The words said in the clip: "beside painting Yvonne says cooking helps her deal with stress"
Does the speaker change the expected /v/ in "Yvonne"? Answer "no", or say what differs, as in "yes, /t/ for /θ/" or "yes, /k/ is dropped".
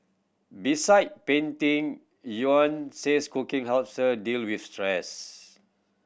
yes, /v/ is dropped